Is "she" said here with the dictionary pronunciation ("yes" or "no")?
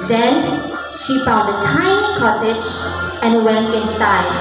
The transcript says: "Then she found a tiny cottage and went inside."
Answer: yes